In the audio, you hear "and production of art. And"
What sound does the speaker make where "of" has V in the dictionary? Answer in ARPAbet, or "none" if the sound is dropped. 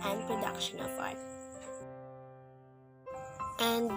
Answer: P